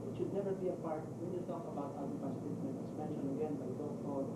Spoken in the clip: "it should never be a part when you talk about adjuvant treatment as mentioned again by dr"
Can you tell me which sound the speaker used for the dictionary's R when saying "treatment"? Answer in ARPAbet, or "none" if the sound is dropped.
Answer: none